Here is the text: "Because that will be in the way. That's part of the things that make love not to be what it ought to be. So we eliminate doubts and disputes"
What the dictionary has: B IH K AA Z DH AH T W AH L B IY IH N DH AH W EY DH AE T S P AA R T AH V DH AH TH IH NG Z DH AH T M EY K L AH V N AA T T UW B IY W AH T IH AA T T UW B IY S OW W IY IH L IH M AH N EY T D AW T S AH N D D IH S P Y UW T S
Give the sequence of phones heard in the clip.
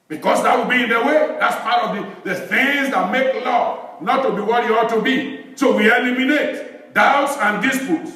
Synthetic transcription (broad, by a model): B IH K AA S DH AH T W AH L B IY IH N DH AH W EY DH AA T S P AA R T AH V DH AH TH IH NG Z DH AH T M EY K L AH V N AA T T UW B IY W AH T IH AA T T UW B IY S OW W IY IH L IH M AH N EY T D AW T S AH N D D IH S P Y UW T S